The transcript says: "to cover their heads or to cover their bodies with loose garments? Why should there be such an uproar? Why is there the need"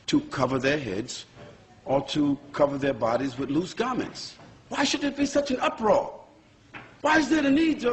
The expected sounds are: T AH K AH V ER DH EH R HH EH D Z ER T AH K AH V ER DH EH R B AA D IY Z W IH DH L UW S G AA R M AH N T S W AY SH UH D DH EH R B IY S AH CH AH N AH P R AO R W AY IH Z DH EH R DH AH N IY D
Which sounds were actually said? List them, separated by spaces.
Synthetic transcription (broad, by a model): T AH K AH V ER DH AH R HH EH D Z ER T AH K AH V ER DH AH R B AA D IY Z W IH DH L UW S G AA R M AH N T S W AY SH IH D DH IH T B IY S AH CH AH N AH P R AO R W AY IH Z DH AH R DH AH N IY D